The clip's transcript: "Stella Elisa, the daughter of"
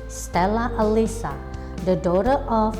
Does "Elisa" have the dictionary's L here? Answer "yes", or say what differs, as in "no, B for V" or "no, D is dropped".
yes